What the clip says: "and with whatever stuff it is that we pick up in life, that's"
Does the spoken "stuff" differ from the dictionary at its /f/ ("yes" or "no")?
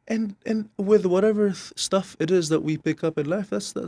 no